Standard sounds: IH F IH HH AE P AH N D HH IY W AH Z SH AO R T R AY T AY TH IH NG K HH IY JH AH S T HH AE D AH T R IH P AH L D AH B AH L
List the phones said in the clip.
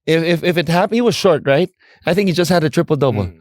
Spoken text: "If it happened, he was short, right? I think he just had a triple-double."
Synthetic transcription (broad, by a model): IH F IH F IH F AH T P HH IY W AH Z SH AO R T R AY T AY TH IH NG K HH IY JH AH S T HH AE D AH T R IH P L D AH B L